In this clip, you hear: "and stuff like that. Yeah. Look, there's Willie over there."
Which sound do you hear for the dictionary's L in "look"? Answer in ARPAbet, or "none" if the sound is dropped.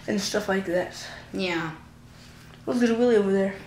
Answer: W